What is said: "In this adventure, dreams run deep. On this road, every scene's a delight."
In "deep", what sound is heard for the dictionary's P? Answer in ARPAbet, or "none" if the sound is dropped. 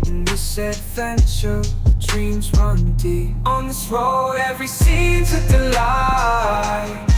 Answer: none